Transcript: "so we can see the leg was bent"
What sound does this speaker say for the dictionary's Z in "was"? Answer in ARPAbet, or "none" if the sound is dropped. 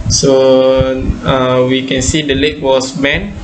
S